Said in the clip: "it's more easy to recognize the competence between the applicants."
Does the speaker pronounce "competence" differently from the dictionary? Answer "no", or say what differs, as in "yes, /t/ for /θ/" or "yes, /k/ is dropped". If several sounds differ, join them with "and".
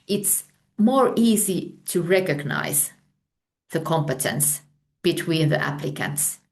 no